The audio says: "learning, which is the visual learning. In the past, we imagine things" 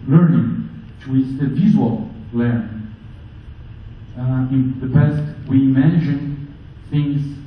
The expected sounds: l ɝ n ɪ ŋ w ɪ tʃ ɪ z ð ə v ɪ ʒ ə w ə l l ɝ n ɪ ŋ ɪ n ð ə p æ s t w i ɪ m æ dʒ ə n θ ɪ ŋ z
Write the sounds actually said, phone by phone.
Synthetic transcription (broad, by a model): l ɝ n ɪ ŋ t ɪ ɪ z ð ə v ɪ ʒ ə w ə l l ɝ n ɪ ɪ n ð ə b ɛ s t w i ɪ m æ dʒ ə n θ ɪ ŋ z